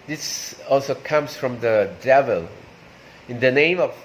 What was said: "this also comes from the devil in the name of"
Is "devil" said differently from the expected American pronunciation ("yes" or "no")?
no